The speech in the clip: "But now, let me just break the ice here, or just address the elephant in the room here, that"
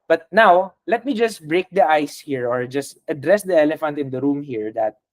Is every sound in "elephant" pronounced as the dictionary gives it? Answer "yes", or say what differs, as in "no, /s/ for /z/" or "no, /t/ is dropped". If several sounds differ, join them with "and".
yes